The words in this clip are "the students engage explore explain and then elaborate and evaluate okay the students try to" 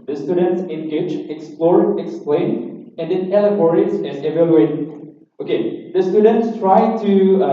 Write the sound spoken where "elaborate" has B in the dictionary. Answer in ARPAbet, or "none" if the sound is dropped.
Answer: none